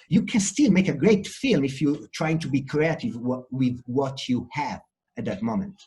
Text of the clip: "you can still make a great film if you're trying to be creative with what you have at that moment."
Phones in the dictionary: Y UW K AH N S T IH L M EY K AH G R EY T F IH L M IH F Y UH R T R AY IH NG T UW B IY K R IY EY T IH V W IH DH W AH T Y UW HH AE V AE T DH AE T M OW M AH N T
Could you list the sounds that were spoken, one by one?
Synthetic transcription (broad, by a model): Y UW K AH N S T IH L M EY K AH G R EY T F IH L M IH F Y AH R T R AY IH NG T UW B IY K R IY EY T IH V W IH DH W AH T Y UW HH AE V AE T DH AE T M OW M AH N T